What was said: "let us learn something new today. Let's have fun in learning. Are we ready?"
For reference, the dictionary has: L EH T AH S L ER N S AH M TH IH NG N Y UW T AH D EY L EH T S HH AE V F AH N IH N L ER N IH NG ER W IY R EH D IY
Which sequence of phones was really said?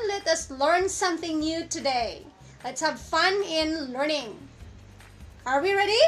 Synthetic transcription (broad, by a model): L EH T AH S L ER N S AH M TH IH NG N Y UW T AH D EY L EH T S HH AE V F AH N IH N L ER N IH NG ER W IY R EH D IY